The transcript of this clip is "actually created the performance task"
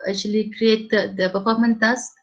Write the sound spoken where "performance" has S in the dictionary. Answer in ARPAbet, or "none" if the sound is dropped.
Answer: none